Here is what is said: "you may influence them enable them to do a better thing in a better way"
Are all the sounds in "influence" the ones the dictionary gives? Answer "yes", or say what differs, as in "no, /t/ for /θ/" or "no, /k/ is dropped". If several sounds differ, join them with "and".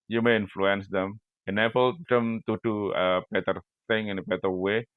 yes